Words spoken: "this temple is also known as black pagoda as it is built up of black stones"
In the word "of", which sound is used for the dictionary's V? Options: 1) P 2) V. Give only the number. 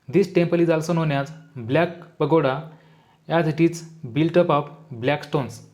1